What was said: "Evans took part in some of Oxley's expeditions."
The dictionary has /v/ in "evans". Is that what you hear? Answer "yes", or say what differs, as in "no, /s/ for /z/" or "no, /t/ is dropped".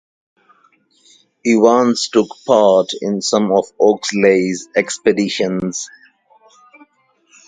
no, /w/ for /v/